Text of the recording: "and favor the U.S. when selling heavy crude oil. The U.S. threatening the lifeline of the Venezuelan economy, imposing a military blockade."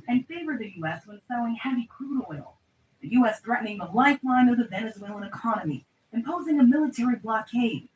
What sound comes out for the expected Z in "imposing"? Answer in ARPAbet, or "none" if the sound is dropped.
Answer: Z